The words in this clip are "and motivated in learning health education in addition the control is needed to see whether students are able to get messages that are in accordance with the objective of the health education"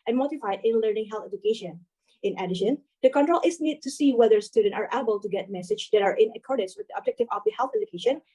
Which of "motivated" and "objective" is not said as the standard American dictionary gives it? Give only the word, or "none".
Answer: motivated